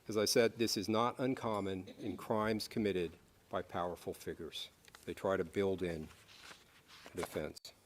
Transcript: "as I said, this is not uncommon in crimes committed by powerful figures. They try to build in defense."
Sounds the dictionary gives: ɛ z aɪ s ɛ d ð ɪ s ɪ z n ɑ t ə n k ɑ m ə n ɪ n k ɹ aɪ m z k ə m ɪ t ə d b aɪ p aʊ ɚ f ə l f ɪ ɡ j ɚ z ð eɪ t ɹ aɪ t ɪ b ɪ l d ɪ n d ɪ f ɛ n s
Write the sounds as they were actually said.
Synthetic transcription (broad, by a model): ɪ z aɪ s ɛ d ð ɪ s ɪ z n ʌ t ə n k ɑ m ə n ɪ n k ɹ aɪ m z k ə m ɪ t ə d b aɪ p aʊ ɚ f l f ɪ ɡ j ɚ z ð eɪ t ɹ aɪ t ɪ b ɪ l d ɪ n d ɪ f ɛ n s